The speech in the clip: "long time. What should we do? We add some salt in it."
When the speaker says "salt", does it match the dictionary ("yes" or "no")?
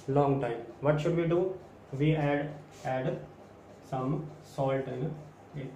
yes